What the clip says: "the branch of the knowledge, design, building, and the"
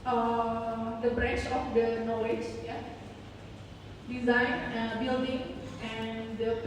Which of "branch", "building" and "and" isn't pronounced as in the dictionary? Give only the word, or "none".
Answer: branch